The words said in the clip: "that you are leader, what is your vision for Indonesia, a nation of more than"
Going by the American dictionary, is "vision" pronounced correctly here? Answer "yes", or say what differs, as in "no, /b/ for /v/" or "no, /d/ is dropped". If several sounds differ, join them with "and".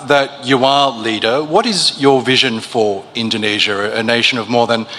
yes